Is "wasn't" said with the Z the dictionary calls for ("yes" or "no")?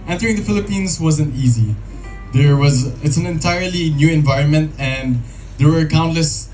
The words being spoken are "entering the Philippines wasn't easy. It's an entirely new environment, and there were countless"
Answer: yes